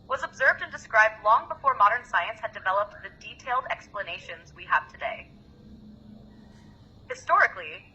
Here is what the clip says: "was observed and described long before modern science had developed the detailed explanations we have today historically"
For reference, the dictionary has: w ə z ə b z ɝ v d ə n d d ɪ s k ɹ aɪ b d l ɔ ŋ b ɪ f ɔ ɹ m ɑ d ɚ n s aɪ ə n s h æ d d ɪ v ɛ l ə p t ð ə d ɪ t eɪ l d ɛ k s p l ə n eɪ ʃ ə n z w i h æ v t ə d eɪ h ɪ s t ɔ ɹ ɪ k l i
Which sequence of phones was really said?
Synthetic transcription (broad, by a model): w ə z ə b z ɝ v d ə n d d ɪ s k ɹ aɪ b d l ɔ ŋ b ɪ f ɔ ɹ m ɑ d ɚ n s aɪ ə n s h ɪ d d ɪ v ɛ l ə p t ð ə d ɪ t eɪ l d ɛ k s p l ə n eɪ ʃ ə n z w i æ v t ə d eɪ h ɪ s t ɔ ɹ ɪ k l i